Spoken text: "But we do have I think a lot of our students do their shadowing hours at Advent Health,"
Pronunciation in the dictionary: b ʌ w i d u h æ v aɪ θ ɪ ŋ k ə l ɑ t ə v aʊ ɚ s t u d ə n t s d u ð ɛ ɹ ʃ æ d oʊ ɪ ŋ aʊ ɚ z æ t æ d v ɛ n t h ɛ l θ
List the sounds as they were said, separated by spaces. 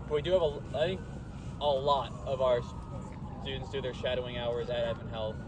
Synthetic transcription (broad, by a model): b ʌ w i d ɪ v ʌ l aɪ θ ɪ ŋ k ə l ɑ t ə v aʊ ɚ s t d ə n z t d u ð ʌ ɹ ʃ æ d oʊ ɪ ŋ aʊ ɚ z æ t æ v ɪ n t h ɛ l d